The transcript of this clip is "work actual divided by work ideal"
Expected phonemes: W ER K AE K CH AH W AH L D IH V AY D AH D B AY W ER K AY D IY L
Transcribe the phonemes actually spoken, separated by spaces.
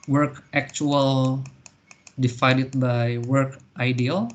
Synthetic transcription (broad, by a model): W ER K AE K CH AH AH L D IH F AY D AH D B AY W ER K AY D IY L